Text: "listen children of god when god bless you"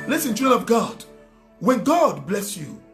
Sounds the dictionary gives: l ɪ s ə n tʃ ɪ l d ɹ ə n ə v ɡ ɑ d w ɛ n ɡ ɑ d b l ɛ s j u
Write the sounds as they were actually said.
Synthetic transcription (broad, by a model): l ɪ s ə n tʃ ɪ d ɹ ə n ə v ɡ ɑ d w ɛ n ɡ ɑ d b l ɛ s j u